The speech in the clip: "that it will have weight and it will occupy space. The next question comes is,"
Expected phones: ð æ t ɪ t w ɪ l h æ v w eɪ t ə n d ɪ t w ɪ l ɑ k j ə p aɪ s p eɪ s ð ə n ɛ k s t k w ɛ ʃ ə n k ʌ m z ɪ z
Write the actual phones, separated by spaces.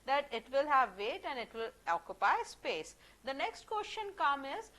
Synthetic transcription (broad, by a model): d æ t ɪ t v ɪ l h æ v eɪ t ə n d ɪ t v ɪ l ɑ k j ə p aɪ s p eɪ s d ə n ɛ k s t k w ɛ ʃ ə n k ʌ m ɪ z